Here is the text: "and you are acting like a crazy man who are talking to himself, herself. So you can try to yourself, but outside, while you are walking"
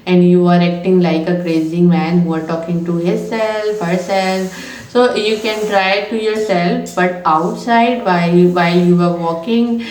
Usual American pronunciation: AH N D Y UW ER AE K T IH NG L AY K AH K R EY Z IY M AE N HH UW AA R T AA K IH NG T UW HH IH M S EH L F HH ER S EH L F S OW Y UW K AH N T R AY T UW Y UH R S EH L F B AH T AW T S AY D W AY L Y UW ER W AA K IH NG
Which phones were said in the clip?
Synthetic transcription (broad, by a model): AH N D Y UW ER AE K T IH NG L AY K AH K R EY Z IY M AE N HH UW AA R T AA K IH NG T UW HH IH S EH L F HH ER S EH L F S OW Y UW K AH N T R AY T UW Y UH R S EH L F B AH T AW T S AY D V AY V Y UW ER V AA K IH NG